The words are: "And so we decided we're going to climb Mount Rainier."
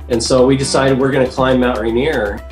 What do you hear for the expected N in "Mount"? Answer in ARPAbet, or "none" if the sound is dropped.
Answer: none